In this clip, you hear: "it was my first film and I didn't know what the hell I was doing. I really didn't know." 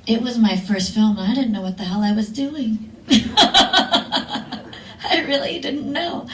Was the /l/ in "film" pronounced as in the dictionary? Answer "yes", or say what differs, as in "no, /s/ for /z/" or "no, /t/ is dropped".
yes